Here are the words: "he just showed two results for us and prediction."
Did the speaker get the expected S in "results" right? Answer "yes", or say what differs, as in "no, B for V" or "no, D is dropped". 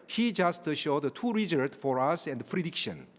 no, S is dropped